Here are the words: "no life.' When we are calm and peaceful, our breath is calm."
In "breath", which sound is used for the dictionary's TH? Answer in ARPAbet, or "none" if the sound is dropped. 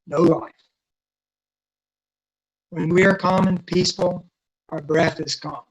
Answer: TH